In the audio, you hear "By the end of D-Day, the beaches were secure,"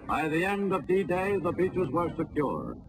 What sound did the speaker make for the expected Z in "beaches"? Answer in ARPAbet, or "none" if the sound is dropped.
Z